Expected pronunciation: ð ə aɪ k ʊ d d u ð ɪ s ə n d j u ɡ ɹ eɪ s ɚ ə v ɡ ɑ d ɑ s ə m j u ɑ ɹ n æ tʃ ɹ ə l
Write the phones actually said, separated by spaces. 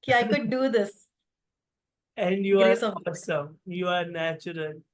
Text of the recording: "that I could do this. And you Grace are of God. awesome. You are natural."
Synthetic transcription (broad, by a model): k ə aɪ k ʊ d d u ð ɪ s ə n d j u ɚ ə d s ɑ ɑ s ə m j u ɑ ɹ n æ tʃ ɹ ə l